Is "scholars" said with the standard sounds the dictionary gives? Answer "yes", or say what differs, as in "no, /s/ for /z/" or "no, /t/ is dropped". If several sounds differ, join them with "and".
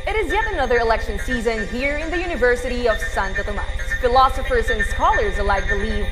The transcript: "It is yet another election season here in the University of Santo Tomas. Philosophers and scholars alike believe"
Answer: yes